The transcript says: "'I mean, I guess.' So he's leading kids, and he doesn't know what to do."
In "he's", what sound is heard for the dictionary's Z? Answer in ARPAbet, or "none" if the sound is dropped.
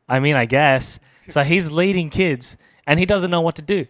Z